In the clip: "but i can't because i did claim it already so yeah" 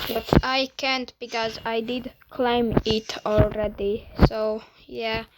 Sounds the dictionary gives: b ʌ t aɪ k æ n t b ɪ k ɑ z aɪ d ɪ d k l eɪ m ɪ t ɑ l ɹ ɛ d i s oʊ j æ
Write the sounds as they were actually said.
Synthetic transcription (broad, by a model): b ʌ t aɪ k æ n t b ɪ k ɑ z aɪ d ɪ d k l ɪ m ɪ t ɑ l ɹ ɛ d i s oʊ j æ